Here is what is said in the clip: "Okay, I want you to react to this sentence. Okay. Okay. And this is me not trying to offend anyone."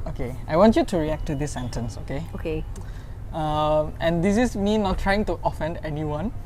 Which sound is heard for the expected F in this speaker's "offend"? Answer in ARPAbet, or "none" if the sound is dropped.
F